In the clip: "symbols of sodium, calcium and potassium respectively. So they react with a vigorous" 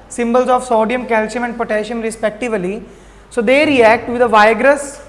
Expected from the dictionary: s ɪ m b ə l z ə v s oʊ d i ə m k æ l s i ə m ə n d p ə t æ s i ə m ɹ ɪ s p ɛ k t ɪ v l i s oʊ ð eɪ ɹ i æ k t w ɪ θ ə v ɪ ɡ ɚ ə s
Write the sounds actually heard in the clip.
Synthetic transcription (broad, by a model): s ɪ m b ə l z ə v s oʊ d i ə m k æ l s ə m ə n d p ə t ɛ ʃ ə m ɹ ɪ s p ɛ k t ɪ v l i s oʊ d eɪ ɹ i æ k t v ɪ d ə v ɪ ɡ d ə s